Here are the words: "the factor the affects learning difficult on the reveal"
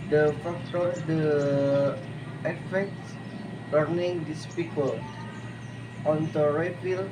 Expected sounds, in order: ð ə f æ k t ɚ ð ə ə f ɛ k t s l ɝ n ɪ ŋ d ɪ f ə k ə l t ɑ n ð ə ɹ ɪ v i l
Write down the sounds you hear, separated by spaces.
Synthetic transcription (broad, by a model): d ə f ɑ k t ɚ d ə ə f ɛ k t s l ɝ n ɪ ŋ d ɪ p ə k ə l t ɑ n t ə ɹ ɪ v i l